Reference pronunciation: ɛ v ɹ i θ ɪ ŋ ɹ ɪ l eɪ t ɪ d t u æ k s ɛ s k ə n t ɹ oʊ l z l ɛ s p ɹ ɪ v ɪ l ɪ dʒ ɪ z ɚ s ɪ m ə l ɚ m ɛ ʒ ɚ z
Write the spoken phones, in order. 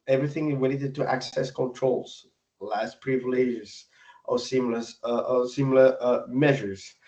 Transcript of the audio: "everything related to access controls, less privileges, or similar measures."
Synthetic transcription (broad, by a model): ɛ v ɹ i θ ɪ ŋ w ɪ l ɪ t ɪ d t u æ k s ɛ s k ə n t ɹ oʊ l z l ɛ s p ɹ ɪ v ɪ l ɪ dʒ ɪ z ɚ s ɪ m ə l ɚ m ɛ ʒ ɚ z